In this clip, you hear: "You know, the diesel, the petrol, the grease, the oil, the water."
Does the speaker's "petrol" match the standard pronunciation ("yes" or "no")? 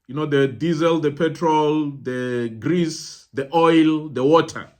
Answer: yes